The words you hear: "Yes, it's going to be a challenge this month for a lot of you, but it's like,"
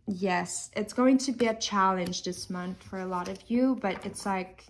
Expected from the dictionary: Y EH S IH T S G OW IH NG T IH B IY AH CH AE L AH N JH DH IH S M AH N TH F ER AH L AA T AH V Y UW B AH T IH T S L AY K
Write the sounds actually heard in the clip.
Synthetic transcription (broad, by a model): Y EH S IH T S G OW IH NG T IH B IY AH CH AE L AH N JH DH IH S M AH N TH F ER AH L AA T AH V Y UW B AH T IH T S L AY K